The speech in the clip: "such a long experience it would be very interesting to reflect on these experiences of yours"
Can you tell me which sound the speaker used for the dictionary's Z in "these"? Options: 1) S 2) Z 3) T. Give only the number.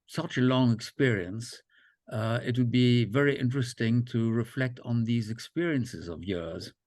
2